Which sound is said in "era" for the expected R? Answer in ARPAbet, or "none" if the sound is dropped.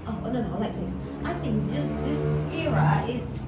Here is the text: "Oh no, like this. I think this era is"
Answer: R